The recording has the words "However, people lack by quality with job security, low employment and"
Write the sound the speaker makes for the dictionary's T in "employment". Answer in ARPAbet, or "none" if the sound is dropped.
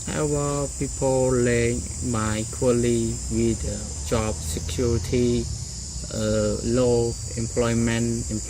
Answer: none